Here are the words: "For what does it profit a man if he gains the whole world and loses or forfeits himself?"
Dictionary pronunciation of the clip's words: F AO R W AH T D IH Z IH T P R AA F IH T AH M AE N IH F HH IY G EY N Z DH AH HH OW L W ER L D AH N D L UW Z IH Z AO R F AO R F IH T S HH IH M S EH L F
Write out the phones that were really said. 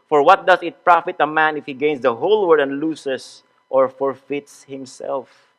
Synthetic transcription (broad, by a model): F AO R W AH T D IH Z IH T P R AA F IH T AH M AE N IH F HH IY G EY N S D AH HH OW L W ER D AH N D L UW S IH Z AO R F AO R F IH T S HH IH M S EH L F